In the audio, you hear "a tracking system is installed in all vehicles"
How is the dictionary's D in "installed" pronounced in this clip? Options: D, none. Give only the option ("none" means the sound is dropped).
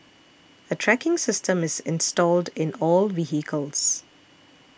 D